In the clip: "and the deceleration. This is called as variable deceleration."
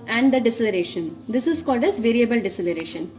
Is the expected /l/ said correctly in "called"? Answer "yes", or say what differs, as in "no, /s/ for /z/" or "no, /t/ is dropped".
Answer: yes